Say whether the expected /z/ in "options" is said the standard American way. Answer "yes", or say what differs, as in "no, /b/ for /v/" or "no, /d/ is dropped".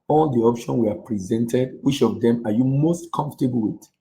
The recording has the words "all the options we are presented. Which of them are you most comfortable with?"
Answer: no, /z/ is dropped